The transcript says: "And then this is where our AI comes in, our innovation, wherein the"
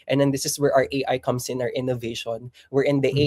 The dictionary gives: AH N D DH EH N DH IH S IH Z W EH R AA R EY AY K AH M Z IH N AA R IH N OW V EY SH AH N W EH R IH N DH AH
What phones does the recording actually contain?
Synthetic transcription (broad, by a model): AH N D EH N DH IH S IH S W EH R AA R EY AY K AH M S IH N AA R IH N OW V EY SH AH N W EH R IH N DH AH